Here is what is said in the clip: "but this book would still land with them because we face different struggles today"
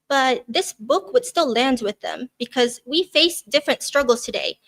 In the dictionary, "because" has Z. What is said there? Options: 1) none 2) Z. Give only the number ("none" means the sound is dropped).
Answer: 2